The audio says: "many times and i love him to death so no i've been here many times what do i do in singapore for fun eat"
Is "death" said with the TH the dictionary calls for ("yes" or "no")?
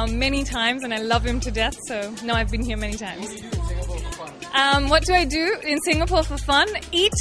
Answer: yes